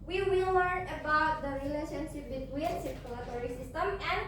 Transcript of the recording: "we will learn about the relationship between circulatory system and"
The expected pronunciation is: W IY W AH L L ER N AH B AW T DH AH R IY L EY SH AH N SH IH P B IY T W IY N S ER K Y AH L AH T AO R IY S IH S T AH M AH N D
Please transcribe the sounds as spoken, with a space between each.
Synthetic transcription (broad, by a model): W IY W AH L W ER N AH B AW T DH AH R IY L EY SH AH N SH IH P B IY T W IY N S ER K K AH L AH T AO R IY S IH S T AH M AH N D